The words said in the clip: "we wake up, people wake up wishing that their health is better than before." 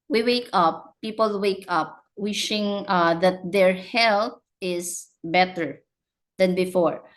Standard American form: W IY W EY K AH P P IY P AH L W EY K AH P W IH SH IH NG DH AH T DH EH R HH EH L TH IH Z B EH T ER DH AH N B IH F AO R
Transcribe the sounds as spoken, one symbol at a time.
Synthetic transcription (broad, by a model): W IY W EY K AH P P IY P AH L W EY K AH P W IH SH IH NG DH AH T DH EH R HH EH L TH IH S B EH T ER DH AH N B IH F AO R